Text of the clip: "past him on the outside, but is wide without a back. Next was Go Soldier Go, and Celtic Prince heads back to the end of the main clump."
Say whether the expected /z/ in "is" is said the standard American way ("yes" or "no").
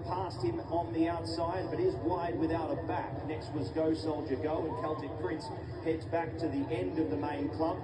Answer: yes